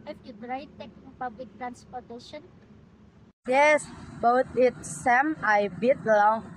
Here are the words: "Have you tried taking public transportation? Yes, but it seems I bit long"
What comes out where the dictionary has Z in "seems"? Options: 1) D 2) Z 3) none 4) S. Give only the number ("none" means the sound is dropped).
3